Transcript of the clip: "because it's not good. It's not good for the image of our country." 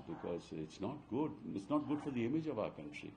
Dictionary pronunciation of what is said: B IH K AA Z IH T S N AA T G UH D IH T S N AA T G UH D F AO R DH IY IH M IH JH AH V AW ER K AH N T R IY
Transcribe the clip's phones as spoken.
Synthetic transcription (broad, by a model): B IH K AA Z IH T S N AA T G UH D IH T S N AA T G UH D F AO R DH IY IH M IH JH AH V AW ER K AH N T R IY